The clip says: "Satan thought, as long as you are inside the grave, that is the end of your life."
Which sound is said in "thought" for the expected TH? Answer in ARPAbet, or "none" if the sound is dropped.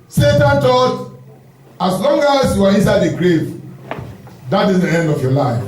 T